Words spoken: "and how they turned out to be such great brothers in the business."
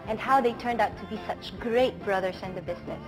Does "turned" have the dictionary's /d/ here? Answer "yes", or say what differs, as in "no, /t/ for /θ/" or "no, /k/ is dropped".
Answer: yes